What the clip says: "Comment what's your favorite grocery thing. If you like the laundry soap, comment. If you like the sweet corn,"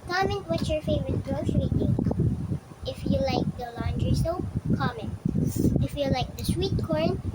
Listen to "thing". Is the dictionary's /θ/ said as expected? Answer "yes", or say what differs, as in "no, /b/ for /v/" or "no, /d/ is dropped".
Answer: no, /t/ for /θ/